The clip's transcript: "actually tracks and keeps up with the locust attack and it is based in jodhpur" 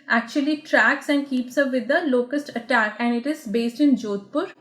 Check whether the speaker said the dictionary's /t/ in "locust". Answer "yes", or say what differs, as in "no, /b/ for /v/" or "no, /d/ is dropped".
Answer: yes